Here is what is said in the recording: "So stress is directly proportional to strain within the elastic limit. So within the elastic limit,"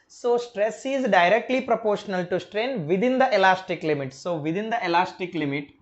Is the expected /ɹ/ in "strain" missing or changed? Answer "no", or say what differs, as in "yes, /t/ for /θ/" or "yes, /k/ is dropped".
no